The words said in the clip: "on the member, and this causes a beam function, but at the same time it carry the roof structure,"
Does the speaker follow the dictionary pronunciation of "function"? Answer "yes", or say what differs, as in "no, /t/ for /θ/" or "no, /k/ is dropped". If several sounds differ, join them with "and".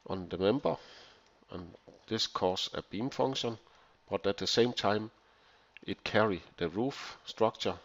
no, /k/ is dropped